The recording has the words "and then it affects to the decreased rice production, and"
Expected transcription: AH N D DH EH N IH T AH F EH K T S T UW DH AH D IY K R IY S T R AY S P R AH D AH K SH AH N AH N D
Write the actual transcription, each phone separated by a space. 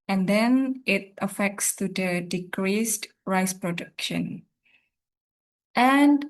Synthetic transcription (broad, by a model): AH N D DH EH N IH T AH F EH K T S T UW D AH D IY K R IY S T R AY S P R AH D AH K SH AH N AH N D